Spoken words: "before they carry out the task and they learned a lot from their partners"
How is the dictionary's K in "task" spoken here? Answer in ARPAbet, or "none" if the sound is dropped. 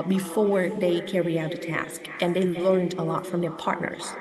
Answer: K